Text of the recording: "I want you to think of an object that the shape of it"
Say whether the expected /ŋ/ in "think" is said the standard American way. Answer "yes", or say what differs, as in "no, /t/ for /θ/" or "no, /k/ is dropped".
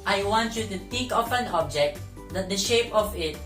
no, /ŋ/ is dropped